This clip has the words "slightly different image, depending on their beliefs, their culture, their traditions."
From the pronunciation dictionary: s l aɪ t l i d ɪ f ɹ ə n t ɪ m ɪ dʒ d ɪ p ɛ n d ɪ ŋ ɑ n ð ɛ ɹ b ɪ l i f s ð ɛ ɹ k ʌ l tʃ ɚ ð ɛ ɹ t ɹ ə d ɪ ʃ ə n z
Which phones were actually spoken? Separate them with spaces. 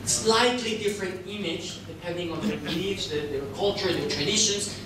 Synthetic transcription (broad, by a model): s l aɪ t l i d ɪ f ɹ ə n t ɪ m ɪ dʒ d ɪ p ɛ n d ɪ ŋ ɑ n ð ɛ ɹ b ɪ i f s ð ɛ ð k ʌ l tʃ ɚ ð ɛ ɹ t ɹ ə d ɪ ʃ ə n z